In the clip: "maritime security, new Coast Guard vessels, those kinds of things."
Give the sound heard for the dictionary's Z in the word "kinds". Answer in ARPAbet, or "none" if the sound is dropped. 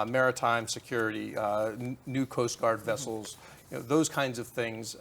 Z